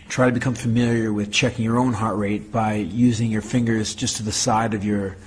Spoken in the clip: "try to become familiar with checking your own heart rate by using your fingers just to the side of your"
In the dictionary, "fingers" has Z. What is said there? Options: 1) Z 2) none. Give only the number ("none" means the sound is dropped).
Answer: 1